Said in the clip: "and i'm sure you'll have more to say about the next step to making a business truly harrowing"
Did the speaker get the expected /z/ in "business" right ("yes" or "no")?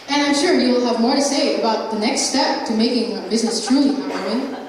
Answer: yes